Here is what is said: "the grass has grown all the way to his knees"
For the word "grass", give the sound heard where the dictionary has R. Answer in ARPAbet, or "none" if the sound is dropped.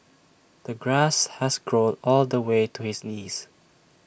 R